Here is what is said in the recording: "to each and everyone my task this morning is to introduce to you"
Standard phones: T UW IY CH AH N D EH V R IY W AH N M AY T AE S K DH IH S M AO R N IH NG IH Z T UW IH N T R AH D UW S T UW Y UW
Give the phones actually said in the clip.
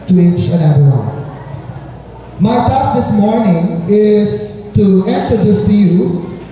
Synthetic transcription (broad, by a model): T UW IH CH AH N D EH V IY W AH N M AY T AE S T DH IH S M AO R N IH NG IH Z T UW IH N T AH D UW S T UW Y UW